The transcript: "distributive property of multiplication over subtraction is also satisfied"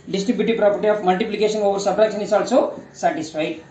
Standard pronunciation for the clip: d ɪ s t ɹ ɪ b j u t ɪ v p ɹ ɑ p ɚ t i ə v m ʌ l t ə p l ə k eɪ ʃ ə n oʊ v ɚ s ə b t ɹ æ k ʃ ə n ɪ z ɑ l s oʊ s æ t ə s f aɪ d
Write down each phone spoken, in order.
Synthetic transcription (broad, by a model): d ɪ s t ɹ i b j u t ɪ p ɹ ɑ p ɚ t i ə p m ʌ l t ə p l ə k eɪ s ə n oʊ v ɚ s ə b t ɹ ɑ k s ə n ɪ s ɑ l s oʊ s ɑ t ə s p aɪ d